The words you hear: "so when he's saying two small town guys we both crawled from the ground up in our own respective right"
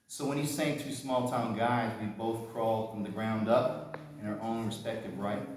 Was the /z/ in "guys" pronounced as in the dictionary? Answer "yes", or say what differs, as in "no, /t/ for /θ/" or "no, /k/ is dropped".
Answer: yes